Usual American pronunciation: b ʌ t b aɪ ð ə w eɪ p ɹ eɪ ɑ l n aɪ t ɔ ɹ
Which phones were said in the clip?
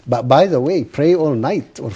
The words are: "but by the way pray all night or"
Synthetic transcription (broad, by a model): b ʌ t b aɪ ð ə w eɪ p ɹ eɪ ɑ l n aɪ t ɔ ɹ